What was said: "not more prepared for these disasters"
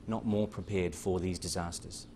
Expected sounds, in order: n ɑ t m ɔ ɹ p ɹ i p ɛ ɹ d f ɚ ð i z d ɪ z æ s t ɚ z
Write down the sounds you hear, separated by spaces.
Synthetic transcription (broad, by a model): n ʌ t m ɔ ɹ p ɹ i p ɛ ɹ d f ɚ ð i z d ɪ z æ s t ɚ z